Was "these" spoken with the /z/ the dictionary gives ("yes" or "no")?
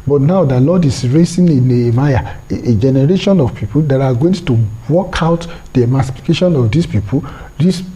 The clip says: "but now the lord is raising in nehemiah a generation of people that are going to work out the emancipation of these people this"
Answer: no